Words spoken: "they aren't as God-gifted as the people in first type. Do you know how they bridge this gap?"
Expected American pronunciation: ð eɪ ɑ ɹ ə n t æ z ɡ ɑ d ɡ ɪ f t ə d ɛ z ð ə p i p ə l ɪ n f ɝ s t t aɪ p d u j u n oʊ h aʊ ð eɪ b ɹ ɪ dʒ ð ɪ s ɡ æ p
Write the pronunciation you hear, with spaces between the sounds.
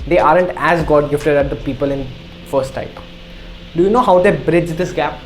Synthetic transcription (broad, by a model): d eɪ ɑ ɹ ə n t æ z ɡ ɑ d ɡ ɪ f t ə d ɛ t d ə p i p ə l ɪ n f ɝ s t t aɪ p d u j u n oʊ h aʊ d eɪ b ɹ ɪ dʒ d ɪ s ɡ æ p